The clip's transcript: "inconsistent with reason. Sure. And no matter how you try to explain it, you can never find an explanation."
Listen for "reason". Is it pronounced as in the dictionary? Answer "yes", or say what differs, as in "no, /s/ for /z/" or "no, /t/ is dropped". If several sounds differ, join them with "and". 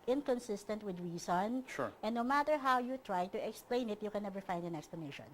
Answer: no, /s/ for /z/